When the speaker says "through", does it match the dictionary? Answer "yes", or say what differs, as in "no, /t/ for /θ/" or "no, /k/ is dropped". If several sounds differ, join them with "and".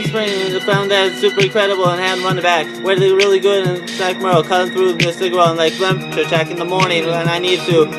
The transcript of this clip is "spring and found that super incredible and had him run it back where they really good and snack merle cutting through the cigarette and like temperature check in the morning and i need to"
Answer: yes